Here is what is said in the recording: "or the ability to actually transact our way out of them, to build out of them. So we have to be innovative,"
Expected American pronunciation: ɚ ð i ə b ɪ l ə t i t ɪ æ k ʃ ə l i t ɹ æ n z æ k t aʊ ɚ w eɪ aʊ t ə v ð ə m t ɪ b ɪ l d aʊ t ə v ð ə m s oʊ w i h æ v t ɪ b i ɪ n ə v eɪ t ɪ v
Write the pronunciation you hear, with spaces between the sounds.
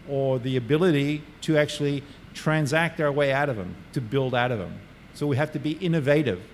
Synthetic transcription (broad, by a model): ɚ ð i ə b ɪ l ə t i t ɪ æ k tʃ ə l i t ɹ æ n z æ k t aʊ ɚ w eɪ aʊ t ə v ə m t ɪ b ɪ l d aʊ t ə v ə m s oʊ w i h æ f t ɪ b i ɪ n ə v eɪ t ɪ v